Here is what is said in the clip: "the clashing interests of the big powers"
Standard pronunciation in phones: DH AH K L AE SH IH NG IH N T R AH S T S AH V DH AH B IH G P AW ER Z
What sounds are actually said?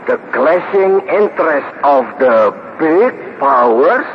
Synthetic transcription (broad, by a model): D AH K L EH S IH NG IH N T R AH S T AH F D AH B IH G P AW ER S